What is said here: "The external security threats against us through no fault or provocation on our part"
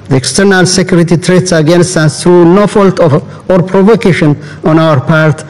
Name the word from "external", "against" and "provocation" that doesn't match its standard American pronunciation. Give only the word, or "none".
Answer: none